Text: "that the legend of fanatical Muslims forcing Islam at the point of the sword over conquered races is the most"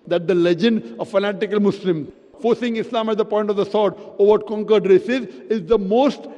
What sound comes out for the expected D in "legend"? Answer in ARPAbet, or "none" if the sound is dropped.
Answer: D